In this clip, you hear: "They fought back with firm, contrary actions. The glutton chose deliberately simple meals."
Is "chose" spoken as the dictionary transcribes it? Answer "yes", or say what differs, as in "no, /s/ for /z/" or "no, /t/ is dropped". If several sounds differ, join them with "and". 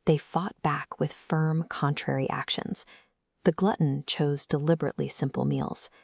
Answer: yes